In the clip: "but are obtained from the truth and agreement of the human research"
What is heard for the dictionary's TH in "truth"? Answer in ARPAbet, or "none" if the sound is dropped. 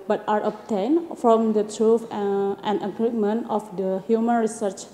F